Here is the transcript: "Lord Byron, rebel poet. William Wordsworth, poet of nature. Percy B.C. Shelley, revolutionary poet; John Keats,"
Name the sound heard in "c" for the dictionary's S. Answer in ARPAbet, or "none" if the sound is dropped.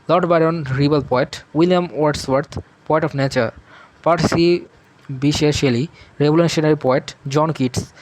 SH